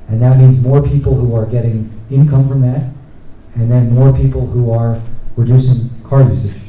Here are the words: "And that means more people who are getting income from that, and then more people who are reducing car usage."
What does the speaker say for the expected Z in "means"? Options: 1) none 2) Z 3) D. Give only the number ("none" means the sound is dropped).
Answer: 2